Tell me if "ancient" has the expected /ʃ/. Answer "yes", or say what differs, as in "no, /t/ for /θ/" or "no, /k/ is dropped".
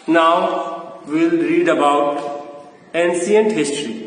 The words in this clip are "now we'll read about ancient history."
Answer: no, /s/ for /ʃ/